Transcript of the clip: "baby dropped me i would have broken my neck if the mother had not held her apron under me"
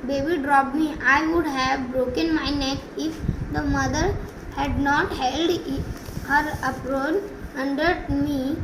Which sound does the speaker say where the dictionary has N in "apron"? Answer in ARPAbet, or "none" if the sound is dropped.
L